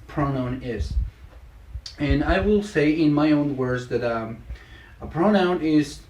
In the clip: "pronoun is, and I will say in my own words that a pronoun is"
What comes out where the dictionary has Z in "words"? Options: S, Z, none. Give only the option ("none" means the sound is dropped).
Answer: Z